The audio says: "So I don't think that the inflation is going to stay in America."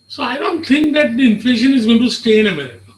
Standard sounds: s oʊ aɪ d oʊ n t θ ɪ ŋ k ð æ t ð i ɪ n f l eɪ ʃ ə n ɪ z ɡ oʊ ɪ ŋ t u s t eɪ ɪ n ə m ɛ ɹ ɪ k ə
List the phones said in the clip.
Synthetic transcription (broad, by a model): s oʊ aɪ d oʊ n t t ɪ ŋ k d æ t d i ɪ n f l eɪ ʃ ə n ɪ z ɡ oʊ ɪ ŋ t u s t eɪ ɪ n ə m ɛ ɹ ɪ k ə